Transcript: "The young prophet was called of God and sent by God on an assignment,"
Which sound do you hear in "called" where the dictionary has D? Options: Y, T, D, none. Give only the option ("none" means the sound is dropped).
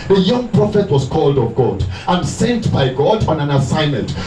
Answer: D